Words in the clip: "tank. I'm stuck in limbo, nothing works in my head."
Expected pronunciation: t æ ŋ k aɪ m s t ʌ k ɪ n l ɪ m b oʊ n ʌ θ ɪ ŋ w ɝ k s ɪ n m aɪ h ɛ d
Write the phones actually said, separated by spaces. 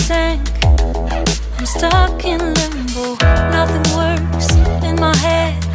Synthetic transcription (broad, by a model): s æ ŋ k aɪ m s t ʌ k ɪ n l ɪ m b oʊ n ʌ θ ɪ ŋ w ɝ s ɪ n m aɪ h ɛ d